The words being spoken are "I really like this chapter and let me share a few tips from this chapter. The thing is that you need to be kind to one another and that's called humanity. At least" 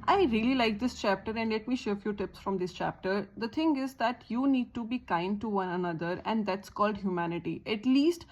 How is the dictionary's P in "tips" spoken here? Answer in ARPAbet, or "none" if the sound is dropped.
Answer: P